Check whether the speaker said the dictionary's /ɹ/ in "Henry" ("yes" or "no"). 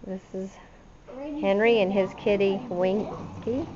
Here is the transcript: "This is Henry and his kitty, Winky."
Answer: yes